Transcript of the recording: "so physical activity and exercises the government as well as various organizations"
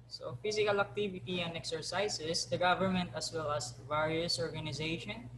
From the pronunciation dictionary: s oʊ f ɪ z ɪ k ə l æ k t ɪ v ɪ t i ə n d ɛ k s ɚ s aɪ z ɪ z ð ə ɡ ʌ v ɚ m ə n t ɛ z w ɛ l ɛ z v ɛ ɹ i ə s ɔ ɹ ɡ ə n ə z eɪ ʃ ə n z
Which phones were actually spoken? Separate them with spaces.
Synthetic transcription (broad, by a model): s oʊ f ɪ s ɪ k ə l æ k t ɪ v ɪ t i ə n d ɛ k s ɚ s aɪ s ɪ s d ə ɡ ʌ v ɚ m ə n t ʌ s w ɛ l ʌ s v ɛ ɹ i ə s ɔ ɹ ɡ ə n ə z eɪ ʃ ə n